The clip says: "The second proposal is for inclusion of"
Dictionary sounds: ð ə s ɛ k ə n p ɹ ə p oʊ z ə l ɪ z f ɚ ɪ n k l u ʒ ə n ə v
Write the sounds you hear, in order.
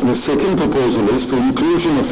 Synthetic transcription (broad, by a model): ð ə s ɛ k ə n p ɹ ə p oʊ z ə l ɪ z f ɚ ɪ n k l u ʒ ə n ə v